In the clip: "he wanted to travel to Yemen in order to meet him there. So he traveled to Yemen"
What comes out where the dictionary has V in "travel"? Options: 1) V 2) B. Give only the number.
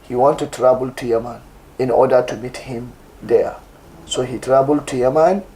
2